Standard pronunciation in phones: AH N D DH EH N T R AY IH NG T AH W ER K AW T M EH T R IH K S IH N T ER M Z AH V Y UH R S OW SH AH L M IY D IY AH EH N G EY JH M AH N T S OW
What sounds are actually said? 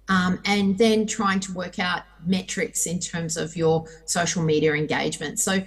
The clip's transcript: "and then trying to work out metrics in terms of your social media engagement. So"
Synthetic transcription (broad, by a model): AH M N DH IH N T R AY IH NG T AH W ER K AW T M EH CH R IH K S IH N T ER M Z AH V Y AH R S OW SH L M IY D IY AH EH N G EY JH M AH N T S OW